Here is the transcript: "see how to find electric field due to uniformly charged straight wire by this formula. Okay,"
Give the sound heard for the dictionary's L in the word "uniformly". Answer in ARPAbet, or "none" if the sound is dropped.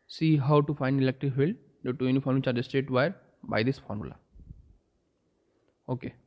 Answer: none